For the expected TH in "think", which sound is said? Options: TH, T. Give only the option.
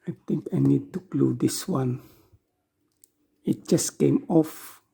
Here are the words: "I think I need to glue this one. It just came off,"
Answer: T